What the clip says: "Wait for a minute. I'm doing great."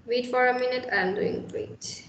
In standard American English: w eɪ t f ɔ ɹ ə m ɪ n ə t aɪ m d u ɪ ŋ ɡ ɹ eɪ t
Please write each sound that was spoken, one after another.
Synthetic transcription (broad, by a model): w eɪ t f ɔ ɹ ə m ɪ n ə t aɪ m d u ɪ ŋ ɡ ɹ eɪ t